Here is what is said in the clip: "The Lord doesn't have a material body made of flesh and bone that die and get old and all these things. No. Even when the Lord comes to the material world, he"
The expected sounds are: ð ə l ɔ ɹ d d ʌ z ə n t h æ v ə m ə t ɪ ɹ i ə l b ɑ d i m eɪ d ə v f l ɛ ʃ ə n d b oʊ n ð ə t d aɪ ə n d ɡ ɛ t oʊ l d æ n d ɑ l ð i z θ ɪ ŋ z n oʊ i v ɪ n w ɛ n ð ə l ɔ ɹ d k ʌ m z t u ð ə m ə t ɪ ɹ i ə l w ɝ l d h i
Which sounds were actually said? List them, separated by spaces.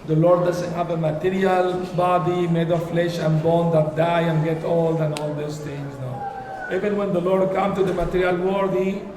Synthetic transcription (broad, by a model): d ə l ɔ ɹ d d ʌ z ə n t h æ v ə m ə t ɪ ɹ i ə l b ɑ d i m eɪ d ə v f l ɛ ʃ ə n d b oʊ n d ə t d aɪ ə n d ɡ ɛ t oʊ l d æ n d ɑ l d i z t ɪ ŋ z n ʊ i v ɪ n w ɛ n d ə l ɔ ɹ d k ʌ m t u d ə m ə t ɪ ɹ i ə l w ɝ d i